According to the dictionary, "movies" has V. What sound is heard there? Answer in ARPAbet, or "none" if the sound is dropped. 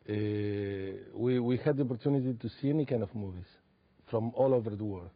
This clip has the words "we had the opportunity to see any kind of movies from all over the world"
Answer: V